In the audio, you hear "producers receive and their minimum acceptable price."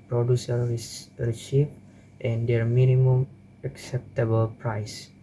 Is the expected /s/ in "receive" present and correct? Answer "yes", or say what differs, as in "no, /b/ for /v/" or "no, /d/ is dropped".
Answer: no, /ʃ/ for /s/